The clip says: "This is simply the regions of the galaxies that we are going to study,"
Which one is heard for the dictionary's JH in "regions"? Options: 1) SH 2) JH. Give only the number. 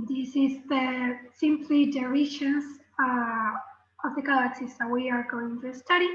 1